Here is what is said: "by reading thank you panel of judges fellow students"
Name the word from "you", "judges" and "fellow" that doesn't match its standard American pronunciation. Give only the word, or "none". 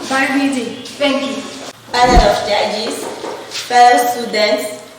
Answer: judges